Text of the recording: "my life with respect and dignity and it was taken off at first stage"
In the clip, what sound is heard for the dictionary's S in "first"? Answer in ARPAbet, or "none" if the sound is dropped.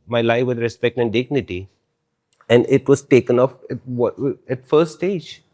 none